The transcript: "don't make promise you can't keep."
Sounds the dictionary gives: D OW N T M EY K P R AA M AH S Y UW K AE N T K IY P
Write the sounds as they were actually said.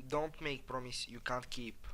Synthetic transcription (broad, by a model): D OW N T M EY K P R AA M AH S Y UW K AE N T K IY P